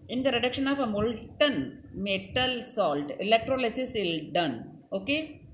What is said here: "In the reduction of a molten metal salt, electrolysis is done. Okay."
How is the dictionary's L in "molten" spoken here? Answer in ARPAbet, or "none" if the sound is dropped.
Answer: L